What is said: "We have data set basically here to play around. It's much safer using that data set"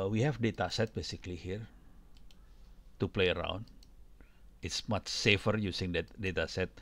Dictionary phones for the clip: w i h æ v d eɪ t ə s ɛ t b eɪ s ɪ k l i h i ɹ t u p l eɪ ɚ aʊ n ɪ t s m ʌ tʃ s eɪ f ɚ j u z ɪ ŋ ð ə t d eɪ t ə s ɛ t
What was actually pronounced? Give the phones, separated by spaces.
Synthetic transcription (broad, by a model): w i h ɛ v d eɪ t ə s ɛ t b eɪ s ɪ k l i h i ɹ t u p l eɪ ɚ aʊ n ɪ t s m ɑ tʃ s eɪ f ɚ j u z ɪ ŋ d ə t d eɪ t ə s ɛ t